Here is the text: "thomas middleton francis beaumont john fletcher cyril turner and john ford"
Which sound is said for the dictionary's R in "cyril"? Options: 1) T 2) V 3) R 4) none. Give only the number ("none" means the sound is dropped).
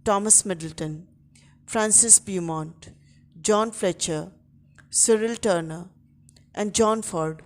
3